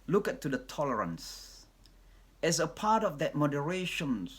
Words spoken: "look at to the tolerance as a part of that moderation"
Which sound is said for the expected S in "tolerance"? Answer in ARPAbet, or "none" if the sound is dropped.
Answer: S